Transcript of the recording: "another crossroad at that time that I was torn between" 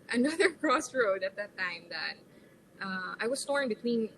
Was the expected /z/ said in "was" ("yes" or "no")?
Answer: no